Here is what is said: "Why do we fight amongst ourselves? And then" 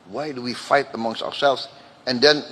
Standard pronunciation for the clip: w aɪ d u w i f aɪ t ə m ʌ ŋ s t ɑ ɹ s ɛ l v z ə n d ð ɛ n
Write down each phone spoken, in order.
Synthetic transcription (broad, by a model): w aɪ d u w i f aɪ t ə m ʌ ŋ s t ɑ ɹ s ɛ l v z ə n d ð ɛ n